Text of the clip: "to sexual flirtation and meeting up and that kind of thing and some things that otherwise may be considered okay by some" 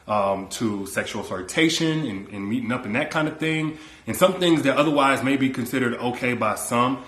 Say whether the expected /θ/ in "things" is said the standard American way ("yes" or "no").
yes